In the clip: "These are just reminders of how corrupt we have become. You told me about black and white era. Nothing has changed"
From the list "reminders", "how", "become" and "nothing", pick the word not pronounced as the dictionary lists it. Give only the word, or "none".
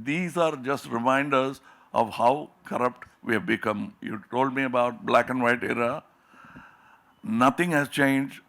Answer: nothing